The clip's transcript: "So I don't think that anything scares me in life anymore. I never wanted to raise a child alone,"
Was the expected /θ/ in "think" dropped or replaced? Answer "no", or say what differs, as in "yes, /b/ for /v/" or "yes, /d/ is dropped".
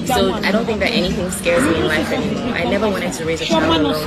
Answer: no